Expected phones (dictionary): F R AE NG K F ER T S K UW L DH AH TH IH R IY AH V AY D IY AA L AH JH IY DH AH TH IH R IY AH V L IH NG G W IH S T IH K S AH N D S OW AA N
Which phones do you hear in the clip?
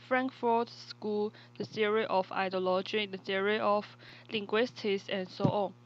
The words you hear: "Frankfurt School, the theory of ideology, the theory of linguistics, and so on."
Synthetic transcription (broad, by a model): F R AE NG K F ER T S K UW L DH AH S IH R IY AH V AY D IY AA L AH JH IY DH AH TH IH R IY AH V L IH NG G W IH S T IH S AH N S OW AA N